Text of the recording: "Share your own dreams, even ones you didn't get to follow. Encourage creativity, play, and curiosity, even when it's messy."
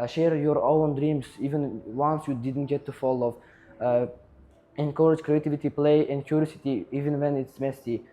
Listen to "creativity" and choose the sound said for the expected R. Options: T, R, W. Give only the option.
R